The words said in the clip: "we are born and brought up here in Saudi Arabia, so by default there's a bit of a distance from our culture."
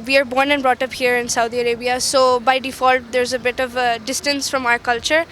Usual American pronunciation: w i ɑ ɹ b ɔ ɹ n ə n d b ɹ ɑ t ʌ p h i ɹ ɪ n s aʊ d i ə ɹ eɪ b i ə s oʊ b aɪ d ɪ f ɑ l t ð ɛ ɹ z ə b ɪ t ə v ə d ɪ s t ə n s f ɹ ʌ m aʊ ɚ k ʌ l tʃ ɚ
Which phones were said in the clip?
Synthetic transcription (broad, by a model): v i ɑ ɹ b ɔ ɹ n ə n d b ɹ ɑ t ʌ p h i ɹ ɪ n s aʊ d i ə ɹ eɪ b i ə s oʊ b aɪ d ɪ f ɑ l t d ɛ ɹ z ə b ɪ t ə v d ɪ s t ə n s f ɹ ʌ m aʊ ɚ k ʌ l tʃ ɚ